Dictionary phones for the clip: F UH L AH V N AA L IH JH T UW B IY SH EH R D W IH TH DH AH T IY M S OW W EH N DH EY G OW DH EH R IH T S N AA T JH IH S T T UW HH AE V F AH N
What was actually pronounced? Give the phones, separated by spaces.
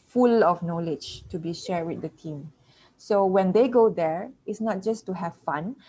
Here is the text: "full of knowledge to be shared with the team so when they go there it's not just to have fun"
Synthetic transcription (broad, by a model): F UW L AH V N AA L IH JH T UW B IY SH EH R D W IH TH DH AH T IY M S OW W EH N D EY G OW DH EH R IH T S N AA T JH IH S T T UW HH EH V F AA N